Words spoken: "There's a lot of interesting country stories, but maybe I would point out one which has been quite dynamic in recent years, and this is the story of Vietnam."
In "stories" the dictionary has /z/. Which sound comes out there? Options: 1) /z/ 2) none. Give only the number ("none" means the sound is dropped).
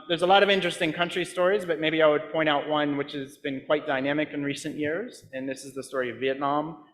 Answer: 1